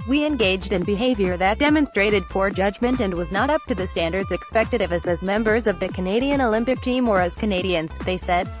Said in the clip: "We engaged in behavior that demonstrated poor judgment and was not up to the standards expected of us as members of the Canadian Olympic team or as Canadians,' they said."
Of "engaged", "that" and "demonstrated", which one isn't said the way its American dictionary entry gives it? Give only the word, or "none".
none